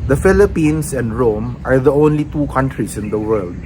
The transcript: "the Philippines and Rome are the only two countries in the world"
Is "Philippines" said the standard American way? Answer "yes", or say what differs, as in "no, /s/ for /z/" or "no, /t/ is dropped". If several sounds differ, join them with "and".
no, /s/ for /z/